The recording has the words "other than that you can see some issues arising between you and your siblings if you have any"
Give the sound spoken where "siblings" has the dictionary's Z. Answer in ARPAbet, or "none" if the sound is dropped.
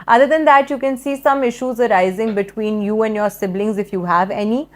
Z